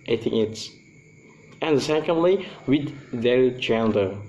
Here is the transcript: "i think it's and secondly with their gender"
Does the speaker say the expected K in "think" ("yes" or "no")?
no